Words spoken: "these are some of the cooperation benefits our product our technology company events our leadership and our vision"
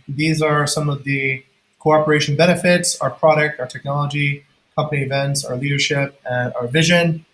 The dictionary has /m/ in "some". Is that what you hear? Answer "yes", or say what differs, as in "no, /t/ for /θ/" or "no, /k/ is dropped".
yes